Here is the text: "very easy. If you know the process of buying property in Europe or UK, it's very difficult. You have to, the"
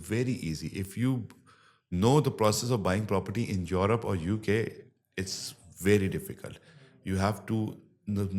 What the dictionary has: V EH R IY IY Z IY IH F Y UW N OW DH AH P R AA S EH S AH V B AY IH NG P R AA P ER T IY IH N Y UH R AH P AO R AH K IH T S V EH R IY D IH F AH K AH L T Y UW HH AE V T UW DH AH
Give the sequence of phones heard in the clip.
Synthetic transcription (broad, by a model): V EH R IY IY Z IY IH F Y UW N OW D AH P R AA S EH S AH V B AY IH NG P R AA P ER T IY IH N Y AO R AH P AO R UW K IH T S V EH R IY D IH F AH K AH L T Y UW HH AE V T UW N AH